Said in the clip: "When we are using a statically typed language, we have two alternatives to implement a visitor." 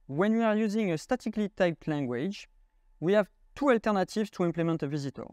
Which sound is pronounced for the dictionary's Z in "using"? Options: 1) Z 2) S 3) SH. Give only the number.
1